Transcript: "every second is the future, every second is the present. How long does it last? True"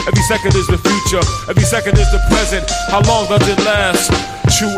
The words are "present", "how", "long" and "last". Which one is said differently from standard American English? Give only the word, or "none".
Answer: none